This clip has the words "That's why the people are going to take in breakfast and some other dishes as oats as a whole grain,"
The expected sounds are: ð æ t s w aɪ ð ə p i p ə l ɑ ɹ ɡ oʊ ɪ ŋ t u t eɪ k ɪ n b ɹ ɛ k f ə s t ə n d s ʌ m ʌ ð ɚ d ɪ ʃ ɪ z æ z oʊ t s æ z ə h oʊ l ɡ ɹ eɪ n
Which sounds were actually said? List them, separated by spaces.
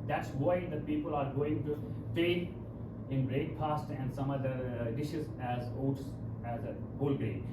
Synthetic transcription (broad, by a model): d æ t s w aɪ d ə p i p ə l ɑ ɹ ɡ oʊ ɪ ŋ t u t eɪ ɪ n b ɹ ɛ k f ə s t ə n d s ʌ m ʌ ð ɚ d ɪ ʃ ɪ z æ z oʊ t s æ z ə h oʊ l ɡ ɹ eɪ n